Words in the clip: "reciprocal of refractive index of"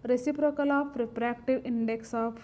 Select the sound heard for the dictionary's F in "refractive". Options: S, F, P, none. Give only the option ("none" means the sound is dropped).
P